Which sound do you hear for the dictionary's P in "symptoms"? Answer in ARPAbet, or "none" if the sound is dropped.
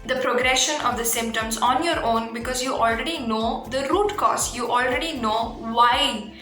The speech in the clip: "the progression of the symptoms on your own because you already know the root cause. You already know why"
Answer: P